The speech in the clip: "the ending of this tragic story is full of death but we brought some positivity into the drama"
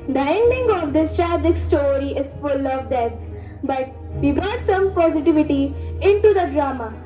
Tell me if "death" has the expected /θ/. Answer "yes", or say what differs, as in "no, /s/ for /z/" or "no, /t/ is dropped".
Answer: no, /t/ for /θ/